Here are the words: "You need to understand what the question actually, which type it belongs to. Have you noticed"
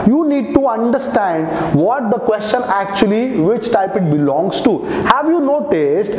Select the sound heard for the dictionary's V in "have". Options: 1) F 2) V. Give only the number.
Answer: 2